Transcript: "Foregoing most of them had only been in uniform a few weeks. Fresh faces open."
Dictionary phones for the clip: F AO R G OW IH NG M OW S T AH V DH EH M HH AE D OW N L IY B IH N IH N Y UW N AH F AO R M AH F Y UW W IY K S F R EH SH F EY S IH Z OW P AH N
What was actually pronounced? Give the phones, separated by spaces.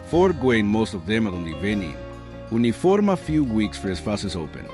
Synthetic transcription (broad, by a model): F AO R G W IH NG M OW S T AH V DH EH M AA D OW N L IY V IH N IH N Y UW N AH F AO R M AH F Y UW W IY K S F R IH S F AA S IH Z OW P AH N